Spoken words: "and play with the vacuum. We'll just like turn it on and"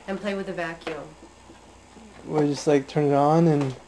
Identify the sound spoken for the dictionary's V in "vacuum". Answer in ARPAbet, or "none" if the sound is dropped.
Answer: V